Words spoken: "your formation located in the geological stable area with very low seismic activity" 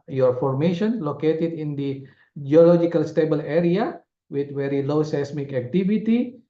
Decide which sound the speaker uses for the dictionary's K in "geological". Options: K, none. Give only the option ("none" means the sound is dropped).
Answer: K